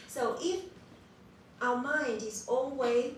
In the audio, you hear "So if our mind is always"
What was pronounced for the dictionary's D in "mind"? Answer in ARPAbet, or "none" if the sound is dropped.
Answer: D